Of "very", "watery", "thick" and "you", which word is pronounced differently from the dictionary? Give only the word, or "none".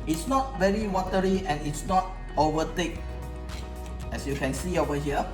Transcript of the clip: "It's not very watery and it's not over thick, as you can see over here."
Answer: thick